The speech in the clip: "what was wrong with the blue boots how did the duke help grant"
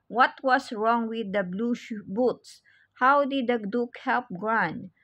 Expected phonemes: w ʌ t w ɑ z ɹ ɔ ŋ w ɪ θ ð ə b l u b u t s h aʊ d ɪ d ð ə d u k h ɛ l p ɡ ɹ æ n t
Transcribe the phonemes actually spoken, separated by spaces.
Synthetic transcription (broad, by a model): w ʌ t w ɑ s ɹ ɔ ŋ w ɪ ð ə b l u b u t s h aʊ d ɪ d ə d u k h ɛ l p ɡ ɹ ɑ n